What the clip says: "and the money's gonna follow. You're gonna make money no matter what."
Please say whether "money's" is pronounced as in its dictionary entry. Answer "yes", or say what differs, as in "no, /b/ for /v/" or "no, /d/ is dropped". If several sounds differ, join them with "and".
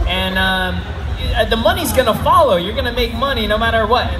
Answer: yes